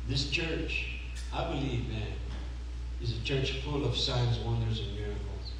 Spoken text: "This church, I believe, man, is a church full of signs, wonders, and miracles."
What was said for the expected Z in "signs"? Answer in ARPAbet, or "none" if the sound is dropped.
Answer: Z